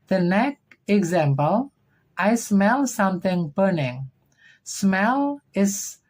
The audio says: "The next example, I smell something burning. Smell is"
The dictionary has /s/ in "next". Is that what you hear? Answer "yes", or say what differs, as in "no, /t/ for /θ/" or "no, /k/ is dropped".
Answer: no, /s/ is dropped